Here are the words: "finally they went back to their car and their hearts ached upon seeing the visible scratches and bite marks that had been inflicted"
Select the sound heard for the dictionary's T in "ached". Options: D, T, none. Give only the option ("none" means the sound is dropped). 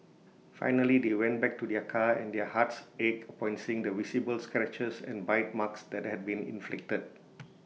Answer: none